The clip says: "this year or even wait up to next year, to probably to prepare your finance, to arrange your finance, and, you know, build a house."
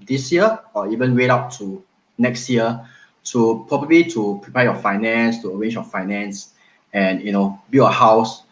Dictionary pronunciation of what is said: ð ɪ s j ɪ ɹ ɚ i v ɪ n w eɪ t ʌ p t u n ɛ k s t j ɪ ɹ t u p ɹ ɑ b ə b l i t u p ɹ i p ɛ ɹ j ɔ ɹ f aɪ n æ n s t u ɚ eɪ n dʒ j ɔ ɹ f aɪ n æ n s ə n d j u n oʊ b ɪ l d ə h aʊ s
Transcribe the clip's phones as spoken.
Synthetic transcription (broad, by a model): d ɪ s j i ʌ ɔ i v ɪ n w eɪ t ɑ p t u n ɛ k s t j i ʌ t u p ɹ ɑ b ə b l i t u p ɹ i p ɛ j ɔ f aɪ n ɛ n s t u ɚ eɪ n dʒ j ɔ f aɪ n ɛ n s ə n j u n oʊ b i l ə h aʊ s